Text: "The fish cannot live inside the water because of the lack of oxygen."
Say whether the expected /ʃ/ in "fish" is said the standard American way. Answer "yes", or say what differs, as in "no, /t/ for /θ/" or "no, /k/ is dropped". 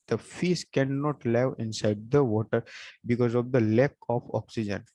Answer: no, /s/ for /ʃ/